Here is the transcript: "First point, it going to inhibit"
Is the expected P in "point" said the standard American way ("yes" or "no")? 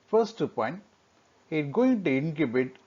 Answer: yes